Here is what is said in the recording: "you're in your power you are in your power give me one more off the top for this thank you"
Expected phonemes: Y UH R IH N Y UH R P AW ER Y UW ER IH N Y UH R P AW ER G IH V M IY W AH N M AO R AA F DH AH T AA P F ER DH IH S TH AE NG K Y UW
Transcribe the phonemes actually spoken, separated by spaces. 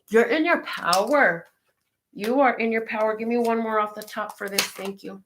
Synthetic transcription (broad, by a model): Y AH R IH N Y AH R P AW ER Y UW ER IH N Y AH R P AW ER G IH V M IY W AH N M AO R AA F DH AH T AA P F ER DH IH S TH AE NG K Y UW